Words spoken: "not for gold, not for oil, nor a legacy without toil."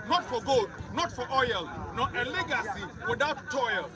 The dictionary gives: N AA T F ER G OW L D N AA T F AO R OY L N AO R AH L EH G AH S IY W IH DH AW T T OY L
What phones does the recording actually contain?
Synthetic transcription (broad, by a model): N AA T F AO G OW D N AA T F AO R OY L N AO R AH L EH G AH S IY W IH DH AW T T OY L